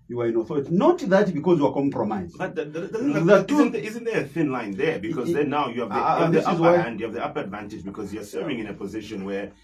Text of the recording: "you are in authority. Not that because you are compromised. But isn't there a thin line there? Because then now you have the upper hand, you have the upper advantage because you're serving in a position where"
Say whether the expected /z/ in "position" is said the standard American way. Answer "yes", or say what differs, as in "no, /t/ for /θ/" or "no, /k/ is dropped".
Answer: yes